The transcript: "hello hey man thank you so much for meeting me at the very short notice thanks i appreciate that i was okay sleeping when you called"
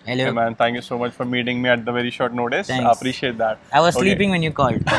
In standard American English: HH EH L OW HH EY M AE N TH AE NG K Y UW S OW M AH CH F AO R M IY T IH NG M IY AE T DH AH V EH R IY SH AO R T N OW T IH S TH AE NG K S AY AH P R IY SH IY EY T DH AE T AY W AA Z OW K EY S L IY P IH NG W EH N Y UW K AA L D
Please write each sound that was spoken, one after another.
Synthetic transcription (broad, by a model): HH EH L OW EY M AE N T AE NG K Y UW S OW M AH CH F AO R M IY T IH NG M IY AE T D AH V EH R IY SH AO R T N OW T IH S S AY AH P R IY SH IY EY T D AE T AY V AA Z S S L IY P IH NG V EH N Y UW K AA L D